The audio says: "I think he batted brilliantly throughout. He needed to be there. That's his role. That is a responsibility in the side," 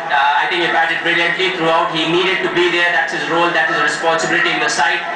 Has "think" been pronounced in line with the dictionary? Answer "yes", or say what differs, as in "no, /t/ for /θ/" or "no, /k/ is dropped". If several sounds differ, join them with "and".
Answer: no, /t/ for /θ/